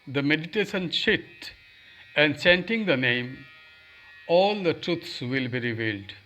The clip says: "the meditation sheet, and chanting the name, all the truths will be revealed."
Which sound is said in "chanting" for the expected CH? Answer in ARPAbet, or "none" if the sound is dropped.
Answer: S